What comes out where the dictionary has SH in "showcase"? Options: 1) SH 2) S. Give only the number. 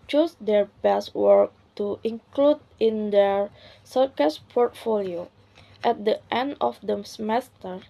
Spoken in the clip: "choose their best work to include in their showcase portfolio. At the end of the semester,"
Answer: 2